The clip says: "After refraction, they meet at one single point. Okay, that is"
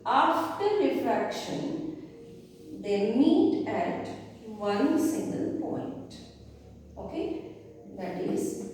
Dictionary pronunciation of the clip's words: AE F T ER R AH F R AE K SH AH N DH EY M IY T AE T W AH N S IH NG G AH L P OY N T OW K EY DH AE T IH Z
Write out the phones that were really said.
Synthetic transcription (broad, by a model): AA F T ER R AH F R AE K SH AH N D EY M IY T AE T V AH N S IH NG G AH L P OY N T OW K EY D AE T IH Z